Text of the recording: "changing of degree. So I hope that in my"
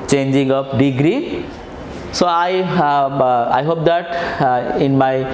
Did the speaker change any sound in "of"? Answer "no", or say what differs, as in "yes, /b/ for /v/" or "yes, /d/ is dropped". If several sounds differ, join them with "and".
yes, /p/ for /v/